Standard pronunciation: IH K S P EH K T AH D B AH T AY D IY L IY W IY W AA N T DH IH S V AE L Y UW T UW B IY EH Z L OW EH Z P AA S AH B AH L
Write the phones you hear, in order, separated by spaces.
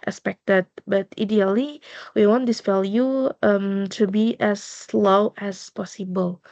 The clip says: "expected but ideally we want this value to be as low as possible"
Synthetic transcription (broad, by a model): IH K S P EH K T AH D B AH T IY D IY L IY W IY W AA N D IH S F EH L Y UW T UW B IY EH S L OW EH S P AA S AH B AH L